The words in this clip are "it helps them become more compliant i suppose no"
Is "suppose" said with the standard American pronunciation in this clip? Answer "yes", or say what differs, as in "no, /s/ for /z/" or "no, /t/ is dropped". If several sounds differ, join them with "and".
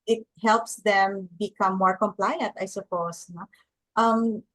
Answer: no, /s/ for /z/